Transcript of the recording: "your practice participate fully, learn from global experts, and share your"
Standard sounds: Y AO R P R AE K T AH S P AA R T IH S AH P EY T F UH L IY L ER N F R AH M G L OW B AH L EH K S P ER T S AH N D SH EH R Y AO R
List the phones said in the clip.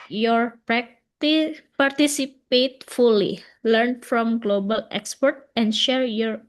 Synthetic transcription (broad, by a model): Y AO R P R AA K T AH P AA R T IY S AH P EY T F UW L IY L ER N F R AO M G L OW B AH L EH K S P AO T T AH N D SH EH R Y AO R